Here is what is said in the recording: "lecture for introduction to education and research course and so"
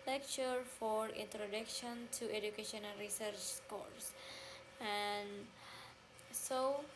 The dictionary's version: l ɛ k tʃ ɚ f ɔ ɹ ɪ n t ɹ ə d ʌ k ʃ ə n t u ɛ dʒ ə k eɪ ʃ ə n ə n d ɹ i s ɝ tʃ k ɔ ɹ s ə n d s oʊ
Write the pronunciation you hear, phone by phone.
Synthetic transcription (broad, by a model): l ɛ k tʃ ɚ f ɔ ɹ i n t ɹ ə d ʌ k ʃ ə n t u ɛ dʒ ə k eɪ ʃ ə n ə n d ɹ i s ɝ tʃ k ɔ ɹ s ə n s oʊ